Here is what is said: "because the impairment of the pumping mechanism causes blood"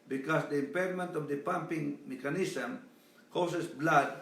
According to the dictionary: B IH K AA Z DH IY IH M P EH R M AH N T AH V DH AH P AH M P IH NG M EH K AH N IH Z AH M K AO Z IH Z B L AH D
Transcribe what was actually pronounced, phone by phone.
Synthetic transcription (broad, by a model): B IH K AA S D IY IH M P EH R M AH N T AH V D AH P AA M P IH NG M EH K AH N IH S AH M K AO S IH S B L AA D